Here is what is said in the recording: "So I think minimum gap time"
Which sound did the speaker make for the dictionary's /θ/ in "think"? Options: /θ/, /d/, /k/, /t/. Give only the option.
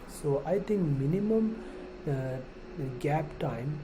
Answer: /t/